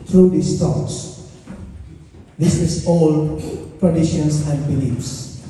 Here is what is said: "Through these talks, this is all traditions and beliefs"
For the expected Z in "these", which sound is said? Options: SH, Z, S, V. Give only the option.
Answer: S